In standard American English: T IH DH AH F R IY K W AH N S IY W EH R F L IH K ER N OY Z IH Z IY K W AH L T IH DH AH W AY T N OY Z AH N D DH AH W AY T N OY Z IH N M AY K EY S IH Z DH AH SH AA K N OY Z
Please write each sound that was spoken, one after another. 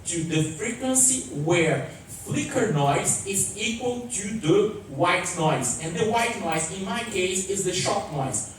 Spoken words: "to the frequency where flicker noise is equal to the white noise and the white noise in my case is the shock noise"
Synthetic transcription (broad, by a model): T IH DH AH F R IY K W AH N S IY W EH R F L IH K ER N OY Z IH Z IY K W AH L T IH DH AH W AY T N OY Z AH N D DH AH W AY T N OY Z IH N M AY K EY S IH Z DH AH SH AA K N OY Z